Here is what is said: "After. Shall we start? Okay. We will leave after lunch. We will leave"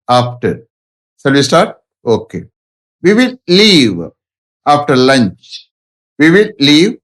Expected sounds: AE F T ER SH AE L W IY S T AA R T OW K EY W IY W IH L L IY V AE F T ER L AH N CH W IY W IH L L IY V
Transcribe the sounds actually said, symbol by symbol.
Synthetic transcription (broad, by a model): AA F T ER S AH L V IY S T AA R T OW K EY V IY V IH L L IY V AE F T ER L AH N CH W IY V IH L L IY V